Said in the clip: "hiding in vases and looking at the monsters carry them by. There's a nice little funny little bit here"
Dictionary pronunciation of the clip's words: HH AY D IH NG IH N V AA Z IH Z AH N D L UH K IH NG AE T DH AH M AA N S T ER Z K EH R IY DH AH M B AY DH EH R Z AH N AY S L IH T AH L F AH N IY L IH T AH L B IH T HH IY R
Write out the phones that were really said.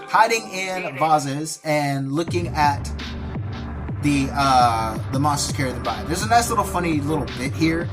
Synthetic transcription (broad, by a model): HH AY D IH NG IH N V AA Z IH Z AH N L UH K IH NG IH T DH AH M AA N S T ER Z K EH R IY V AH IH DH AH R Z AH N AY S L IH T L F AH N IY L IH T L B IH T HH IY R